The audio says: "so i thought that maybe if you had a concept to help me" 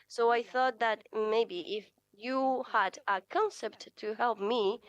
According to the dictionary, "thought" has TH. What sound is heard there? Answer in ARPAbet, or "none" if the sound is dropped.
TH